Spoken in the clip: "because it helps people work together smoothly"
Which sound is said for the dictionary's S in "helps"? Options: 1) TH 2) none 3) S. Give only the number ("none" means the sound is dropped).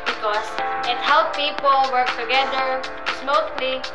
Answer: 2